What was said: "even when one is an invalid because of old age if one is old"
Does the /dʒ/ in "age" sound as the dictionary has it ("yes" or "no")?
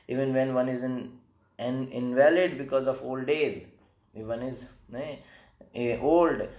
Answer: no